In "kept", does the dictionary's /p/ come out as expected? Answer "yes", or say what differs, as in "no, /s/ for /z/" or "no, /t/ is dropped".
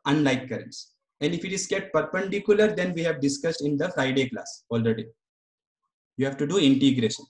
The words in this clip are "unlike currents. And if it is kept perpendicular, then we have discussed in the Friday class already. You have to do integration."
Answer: no, /p/ is dropped